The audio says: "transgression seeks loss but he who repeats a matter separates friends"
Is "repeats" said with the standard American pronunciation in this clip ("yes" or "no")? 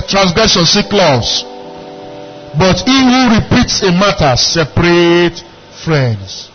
yes